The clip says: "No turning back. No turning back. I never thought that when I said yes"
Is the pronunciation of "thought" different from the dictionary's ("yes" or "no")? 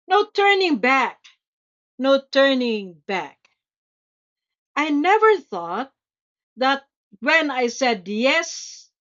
no